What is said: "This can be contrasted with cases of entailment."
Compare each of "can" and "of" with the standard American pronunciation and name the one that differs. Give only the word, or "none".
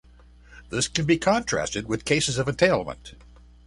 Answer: none